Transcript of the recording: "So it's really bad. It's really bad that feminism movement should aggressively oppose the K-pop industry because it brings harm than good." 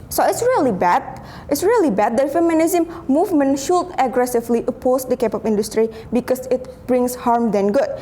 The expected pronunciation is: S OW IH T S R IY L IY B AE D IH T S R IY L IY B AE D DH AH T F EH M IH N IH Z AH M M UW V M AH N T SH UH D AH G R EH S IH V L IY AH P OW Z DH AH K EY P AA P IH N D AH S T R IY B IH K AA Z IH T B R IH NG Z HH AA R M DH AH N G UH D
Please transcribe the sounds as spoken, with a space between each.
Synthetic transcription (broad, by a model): S OW IH T S R IY L IY B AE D IH T S R IY L IY B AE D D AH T F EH M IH N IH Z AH M M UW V M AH N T SH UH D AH G R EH S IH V L IY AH P OW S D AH K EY P AA P IH N D AH S T R IY B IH K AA S IH T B R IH NG S HH AA R M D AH N G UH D